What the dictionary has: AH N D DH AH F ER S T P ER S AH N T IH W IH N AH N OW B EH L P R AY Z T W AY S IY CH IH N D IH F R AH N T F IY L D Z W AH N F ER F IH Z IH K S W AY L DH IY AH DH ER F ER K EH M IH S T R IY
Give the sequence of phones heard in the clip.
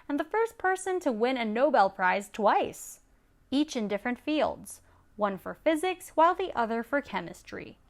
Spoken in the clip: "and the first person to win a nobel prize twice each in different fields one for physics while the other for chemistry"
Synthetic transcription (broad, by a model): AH N DH AH F ER S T P ER S AH N T IH W IH N AH N OW B EH L P R AY Z T W AY S IY CH IH N D IH F R AH N T F IY L D Z W AH N F ER F IH Z IH K S W AY L DH IY AH DH ER F ER K EH M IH S T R IY